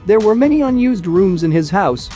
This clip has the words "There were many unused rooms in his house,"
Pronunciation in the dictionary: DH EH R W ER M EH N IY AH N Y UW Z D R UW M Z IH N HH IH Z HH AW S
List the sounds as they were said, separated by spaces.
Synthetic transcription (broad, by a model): DH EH R W ER M EH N IY AH N Y UW Z D R UW M Z IH N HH IH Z HH AW S